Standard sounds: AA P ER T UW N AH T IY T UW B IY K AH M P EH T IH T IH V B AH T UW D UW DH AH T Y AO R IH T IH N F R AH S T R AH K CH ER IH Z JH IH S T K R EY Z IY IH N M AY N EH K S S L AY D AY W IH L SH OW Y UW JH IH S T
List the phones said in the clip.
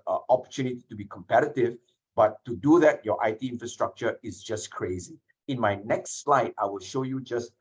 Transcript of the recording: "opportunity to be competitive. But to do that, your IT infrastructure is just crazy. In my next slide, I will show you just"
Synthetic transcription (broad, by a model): AA P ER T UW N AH T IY T UW B IY K AH M P EH T IH T IH V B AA T UW D UW DH AH T Y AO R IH T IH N F R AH S T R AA K CH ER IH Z JH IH S K R EY Z IY IH N M AY N EH K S S L AY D AY W IH L SH OW Y UW JH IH S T